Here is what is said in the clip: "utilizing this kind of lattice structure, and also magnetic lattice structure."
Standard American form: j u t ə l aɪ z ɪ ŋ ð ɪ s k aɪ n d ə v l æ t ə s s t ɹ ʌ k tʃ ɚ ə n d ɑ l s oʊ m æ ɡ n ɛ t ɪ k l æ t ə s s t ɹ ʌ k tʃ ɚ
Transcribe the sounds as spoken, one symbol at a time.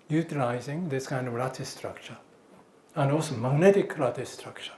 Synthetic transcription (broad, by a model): j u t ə l aɪ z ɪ ŋ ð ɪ s k aɪ n d ə v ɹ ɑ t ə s s t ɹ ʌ k tʃ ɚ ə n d ɑ l s oʊ m æ ɡ n ɛ t ɪ k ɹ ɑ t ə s s t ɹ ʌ k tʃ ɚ